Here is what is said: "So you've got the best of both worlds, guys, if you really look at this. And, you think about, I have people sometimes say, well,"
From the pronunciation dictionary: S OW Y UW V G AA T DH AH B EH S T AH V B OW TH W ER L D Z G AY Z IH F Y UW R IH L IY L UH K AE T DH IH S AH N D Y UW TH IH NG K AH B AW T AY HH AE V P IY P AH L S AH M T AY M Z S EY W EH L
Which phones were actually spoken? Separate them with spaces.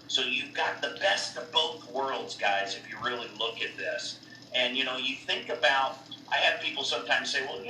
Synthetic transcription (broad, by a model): S OW Y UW V G AA T DH AH B EH S T AH V B OW TH W ER L D Z G AY Z IH F Y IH R IH L IY L UH K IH T DH IH S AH N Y Y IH TH IH NG K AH B AW T AY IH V P IY P L S AH M T AY M Z S EY W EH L